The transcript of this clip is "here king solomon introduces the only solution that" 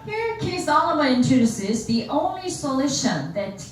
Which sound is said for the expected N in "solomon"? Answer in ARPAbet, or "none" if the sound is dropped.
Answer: none